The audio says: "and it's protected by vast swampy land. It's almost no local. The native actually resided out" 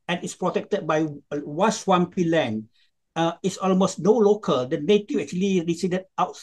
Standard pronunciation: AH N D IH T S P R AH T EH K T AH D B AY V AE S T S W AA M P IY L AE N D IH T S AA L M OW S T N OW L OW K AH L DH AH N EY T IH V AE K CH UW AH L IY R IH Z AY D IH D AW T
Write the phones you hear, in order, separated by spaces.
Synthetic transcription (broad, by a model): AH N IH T S P R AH T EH K T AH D B AY W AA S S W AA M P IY L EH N IH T S AA L M OW S T N OW L OW K AH L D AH N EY T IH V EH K CH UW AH L IY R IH S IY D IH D AW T